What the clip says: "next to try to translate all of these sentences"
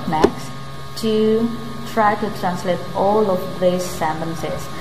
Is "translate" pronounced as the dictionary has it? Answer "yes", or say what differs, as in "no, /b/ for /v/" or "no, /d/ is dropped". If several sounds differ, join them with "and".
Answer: yes